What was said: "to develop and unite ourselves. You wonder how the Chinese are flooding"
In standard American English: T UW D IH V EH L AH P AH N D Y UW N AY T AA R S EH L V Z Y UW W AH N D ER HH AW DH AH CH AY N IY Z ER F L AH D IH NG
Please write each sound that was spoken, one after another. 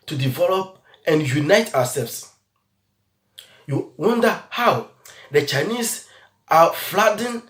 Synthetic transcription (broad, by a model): T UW D IH V EH L AH P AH N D Y UW N AY T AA W S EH L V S Y UW W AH N D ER HH AW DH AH CH AY N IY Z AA F L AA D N